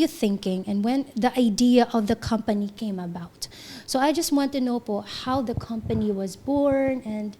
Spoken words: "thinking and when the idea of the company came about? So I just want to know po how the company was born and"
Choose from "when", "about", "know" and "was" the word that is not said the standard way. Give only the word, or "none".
none